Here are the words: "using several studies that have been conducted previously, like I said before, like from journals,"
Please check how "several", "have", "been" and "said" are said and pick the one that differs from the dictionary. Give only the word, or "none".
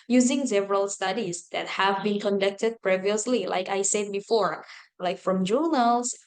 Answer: none